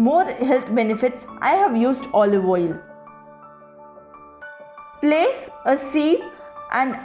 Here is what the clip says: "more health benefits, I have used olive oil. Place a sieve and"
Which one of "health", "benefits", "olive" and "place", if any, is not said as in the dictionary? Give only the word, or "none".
health